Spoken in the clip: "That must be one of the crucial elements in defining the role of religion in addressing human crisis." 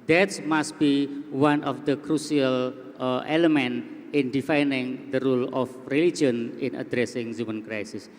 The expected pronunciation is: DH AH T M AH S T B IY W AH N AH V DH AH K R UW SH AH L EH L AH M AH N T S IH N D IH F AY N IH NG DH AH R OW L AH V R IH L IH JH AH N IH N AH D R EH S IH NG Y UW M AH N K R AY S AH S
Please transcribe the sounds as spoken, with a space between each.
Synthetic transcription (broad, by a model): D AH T M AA S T B IY W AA N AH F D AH K R UW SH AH L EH L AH M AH N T IH N D IH F AY N IH NG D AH R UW L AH F R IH L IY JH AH N IH N AH D R EH S IH NG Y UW M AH N K R AY S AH S